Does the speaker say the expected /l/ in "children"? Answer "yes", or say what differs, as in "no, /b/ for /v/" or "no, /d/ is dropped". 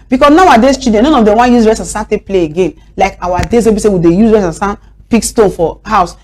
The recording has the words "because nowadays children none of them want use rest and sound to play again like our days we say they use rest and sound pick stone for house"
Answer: no, /l/ is dropped